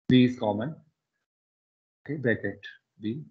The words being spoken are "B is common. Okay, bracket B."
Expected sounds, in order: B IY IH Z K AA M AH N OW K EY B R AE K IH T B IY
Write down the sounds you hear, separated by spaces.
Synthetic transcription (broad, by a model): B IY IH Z K AA M AH N OW K EY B EH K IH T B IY